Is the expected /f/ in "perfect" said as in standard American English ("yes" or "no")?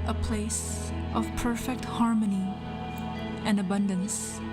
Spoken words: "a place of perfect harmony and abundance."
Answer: yes